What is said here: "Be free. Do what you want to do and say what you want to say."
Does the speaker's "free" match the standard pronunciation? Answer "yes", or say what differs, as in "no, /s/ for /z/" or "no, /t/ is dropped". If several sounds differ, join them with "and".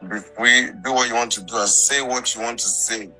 no, /ɹ/ is dropped